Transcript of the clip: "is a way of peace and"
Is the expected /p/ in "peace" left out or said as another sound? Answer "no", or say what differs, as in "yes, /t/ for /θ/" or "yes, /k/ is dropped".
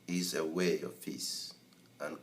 yes, /f/ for /p/